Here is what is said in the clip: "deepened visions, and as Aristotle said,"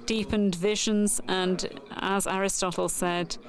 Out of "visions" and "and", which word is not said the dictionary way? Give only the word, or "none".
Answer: none